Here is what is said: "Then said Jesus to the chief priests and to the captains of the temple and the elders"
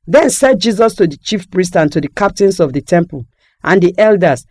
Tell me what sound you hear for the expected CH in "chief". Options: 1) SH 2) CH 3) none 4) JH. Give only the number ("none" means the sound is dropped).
2